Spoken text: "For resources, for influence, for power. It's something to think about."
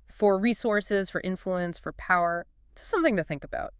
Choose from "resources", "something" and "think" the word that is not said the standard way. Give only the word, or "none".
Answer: none